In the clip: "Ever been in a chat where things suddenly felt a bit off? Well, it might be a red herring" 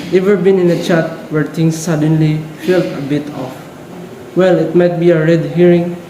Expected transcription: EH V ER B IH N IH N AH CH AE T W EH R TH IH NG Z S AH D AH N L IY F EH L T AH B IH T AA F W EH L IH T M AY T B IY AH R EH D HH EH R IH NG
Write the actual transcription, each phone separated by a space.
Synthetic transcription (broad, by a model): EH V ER B IH N IH N AH CH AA T W EH R T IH NG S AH D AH N L IY F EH L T AH B IH T AA F W EH L IH T M AY T B IY AH R EH D HH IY R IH NG